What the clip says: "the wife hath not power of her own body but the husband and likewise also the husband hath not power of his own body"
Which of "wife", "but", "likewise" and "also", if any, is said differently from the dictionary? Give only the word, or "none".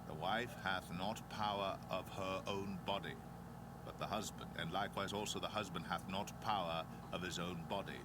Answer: none